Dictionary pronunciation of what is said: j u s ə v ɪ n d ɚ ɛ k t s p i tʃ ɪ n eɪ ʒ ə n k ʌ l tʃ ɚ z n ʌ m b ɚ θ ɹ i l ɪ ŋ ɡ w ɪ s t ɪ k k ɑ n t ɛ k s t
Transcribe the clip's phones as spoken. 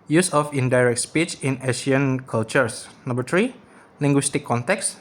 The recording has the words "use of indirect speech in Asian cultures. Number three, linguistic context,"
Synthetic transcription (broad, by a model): j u s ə f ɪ n d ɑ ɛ k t s p i tʃ ɪ n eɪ ʃ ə n k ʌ l tʃ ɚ s n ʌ m b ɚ t ɹ i l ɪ ŋ ɡ w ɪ s t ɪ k k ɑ n t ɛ k s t